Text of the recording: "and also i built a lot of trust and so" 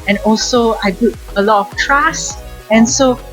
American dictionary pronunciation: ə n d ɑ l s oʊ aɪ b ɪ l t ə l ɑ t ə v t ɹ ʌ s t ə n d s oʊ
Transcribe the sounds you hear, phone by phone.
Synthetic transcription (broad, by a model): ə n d ɑ l s oʊ aɪ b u t ə l ɑ t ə f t ɹ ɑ s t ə n s oʊ